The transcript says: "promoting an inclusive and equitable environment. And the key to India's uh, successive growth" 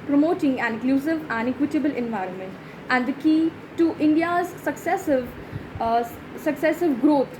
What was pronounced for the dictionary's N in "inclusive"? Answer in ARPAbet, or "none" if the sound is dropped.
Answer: none